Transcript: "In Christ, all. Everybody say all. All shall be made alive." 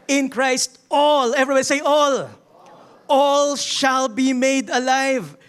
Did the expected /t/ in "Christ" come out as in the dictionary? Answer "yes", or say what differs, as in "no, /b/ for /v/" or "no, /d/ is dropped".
yes